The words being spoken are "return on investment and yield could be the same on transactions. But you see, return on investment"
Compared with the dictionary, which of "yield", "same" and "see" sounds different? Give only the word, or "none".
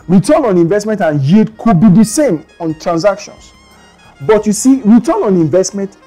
yield